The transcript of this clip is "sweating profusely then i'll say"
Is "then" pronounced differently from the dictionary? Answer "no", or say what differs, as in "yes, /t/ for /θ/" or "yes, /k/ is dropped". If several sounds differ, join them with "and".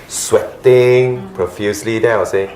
yes, /n/ is dropped